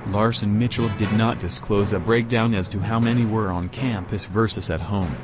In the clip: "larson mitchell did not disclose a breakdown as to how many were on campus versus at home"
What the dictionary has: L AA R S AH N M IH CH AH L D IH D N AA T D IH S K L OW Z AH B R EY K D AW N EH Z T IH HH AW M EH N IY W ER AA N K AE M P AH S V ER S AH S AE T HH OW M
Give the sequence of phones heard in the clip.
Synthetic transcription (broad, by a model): L AA R S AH N M IH CH L D IH D N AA T D IH S K L OW Z AH B R EY K D AW N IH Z T IH HH AW M EH N IY W ER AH N K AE M P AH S V ER S AH S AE T HH OW M